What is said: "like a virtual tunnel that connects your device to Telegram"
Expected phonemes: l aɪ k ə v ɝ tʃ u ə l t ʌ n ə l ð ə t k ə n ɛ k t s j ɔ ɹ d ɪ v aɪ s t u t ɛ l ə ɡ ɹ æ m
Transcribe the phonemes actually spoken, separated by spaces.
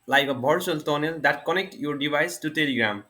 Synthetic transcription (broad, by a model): l aɪ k ə b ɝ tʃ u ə l t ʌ n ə l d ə t k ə n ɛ k t j ɔ ɹ d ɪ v aɪ s t u t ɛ l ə ɡ ɹ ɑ m